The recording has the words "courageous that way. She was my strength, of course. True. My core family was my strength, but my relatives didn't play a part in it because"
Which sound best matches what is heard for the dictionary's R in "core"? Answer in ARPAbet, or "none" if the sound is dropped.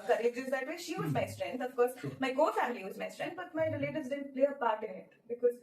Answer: L